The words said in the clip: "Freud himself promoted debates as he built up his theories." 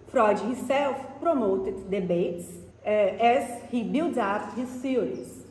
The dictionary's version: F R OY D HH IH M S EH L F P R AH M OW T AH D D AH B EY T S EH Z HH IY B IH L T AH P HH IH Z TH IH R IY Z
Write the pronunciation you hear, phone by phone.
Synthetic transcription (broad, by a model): F R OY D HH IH S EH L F P R AH M OW T AH D D AH B EY T S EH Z HH IY B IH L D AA F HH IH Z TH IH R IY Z